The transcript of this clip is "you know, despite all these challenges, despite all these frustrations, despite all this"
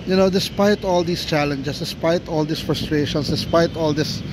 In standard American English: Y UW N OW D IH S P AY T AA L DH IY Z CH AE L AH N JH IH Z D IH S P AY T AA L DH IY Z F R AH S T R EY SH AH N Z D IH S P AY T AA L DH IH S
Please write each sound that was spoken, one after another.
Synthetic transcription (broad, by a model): Y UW N OW D IH S P AY T AA L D IY S CH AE L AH N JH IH S D IH S P AY T AA L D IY S F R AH S T R EY SH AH N S D IH S P AY T AA L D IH S